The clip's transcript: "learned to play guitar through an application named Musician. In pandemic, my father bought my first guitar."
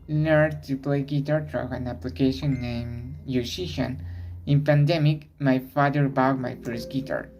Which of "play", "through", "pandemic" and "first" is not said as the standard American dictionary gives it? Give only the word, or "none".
through